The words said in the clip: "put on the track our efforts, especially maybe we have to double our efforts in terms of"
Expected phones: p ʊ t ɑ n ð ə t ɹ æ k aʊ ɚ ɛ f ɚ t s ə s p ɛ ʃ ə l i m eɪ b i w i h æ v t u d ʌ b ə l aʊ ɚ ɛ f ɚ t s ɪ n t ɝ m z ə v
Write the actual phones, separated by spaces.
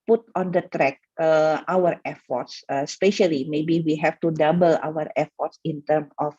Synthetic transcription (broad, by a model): p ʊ t ɑ n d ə t ɹ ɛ k aʊ ɚ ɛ f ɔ t s ə s p ɛ ʃ ə l i m eɪ b i w i h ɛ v t u d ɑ b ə l aʊ ɚ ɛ f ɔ t s ɪ n t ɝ m ə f